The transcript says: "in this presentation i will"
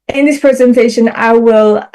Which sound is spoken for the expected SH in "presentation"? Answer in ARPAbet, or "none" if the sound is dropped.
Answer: SH